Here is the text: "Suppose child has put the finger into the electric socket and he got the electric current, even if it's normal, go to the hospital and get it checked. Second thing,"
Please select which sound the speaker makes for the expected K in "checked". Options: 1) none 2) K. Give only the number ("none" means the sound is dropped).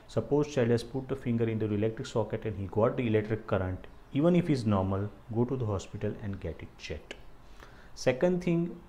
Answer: 1